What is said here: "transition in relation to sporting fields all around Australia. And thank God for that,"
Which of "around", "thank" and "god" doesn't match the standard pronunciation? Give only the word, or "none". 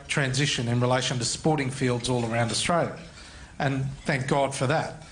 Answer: none